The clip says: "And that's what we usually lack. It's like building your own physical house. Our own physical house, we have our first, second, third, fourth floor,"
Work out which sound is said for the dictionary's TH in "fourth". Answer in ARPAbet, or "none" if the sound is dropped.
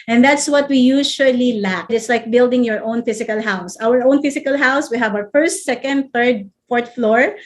T